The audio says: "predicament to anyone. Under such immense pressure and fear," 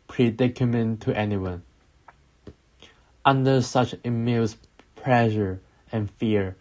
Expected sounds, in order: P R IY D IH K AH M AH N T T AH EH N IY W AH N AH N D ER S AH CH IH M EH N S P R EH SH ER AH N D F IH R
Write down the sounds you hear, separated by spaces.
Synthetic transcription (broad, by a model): P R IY D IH K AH M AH N T T EH N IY W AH N AH N D ER S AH CH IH M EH L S P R EH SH ER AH N F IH R